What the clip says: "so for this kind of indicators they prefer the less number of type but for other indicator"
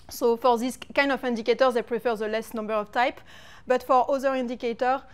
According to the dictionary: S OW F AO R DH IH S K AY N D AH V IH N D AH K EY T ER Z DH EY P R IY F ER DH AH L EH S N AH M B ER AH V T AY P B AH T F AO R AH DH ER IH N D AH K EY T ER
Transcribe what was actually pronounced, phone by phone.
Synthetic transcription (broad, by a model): S OW F AO R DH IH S K AY N D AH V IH N D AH K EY T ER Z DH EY P R IY F ER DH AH L EH S N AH M B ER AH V T AY P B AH T F AO R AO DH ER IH N D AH K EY T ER